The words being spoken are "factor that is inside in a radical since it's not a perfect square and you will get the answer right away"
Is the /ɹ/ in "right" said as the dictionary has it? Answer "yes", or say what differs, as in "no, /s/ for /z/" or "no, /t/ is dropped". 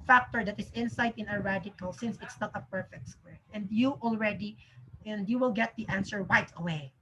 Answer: no, /w/ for /ɹ/